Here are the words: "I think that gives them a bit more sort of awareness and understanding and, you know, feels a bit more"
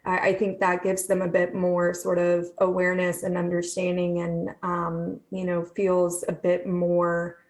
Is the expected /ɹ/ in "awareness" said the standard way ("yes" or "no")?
yes